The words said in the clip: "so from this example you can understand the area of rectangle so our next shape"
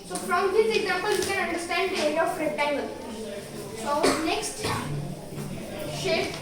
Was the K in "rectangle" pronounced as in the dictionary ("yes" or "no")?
no